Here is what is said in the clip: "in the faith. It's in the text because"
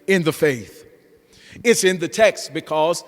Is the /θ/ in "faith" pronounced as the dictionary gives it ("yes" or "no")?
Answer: yes